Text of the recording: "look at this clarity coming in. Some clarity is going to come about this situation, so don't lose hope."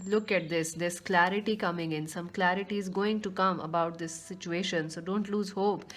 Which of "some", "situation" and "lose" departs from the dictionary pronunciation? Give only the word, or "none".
none